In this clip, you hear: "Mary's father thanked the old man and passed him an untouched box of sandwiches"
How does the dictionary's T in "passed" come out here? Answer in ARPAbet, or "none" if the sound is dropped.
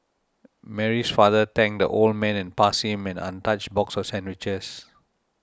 none